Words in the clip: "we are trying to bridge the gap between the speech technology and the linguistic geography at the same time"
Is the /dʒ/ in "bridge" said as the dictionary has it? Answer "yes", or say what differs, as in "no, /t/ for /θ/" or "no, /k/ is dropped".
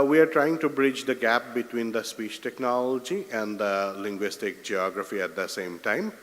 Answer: yes